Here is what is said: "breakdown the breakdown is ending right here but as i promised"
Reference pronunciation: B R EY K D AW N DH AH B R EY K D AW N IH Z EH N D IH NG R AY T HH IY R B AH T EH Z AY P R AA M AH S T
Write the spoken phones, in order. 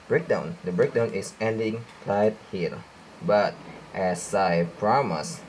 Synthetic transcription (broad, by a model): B R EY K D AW N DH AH B R EY K D AW N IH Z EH N D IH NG L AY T HH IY L B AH T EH S AY P R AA M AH S